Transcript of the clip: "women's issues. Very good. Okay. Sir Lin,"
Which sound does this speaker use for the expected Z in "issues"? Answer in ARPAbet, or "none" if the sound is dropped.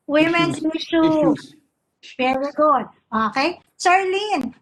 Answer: none